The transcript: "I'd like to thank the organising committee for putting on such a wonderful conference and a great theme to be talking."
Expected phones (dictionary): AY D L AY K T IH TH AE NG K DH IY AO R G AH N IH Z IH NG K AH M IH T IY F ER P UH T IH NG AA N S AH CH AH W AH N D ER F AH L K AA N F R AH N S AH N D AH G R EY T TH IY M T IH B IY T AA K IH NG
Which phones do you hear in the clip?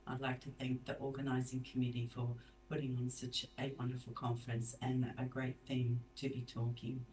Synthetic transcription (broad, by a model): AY D L AY K T IH TH AE NG K DH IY AO R G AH N IH Z IH NG K AH M IH T IY F ER P UH T IH NG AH N S AH CH AH W AH N D ER F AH L K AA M F R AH N S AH N AH G R EY T TH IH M T IH B IY T AA K IH NG